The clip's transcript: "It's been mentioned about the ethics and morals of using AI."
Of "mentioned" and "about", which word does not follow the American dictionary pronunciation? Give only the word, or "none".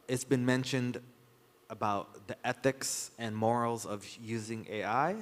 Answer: none